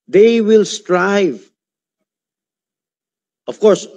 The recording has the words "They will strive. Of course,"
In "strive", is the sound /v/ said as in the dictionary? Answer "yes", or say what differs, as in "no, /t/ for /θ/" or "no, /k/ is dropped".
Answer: yes